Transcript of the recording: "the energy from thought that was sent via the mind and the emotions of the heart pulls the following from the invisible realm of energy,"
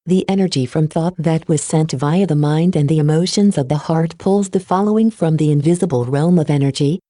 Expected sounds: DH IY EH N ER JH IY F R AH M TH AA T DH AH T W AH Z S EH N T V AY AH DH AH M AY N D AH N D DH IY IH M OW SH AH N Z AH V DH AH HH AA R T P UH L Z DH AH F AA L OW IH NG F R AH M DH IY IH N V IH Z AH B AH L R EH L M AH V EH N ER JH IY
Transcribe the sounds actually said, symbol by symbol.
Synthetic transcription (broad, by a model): DH IY EH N ER JH IY F R AH M TH AA T DH AH T W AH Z S EH N T V AY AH DH AH M AY N D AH N DH IY IH M OW SH AH N Z AH V DH AH HH AA R T P UH L Z DH AH F AA L OW IH NG F R AH M DH IY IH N V IH Z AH B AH L R EH L M AH V EH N ER JH IY